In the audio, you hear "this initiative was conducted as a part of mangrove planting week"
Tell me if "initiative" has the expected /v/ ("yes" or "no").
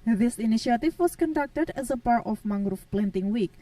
no